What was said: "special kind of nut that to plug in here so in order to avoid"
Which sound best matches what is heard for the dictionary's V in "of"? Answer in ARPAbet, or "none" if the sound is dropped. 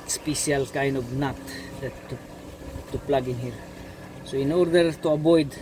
B